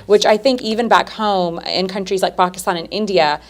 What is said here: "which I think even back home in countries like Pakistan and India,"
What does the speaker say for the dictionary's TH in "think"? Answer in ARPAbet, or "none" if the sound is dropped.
TH